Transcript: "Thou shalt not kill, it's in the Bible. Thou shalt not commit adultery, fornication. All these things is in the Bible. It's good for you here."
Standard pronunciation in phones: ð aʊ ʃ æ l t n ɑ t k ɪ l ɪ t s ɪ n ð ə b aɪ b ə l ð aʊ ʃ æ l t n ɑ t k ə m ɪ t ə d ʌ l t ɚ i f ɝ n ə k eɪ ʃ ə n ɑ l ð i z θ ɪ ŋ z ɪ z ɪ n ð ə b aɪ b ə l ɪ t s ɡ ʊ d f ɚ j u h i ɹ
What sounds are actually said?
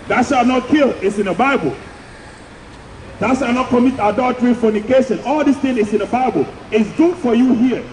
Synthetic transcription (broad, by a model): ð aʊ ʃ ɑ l n ɑ t k ɪ l ɪ t s ɪ n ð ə b aɪ b ə l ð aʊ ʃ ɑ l n ɑ t k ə m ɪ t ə d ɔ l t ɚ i f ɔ n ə k eɪ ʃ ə n ɑ l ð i s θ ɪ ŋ ɪ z ɪ n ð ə b aɪ b ə l ɪ t s ɡ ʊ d f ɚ j u h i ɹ